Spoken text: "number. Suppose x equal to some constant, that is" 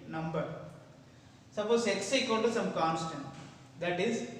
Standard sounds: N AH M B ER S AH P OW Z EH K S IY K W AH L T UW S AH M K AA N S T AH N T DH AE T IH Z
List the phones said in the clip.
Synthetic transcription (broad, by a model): N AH M B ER S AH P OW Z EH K S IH K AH N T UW S AH M K AA N S T AH N T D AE T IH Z